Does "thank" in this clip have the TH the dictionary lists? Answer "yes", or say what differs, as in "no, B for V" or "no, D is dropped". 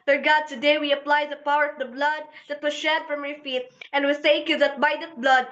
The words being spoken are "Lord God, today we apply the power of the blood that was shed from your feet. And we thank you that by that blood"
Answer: no, S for TH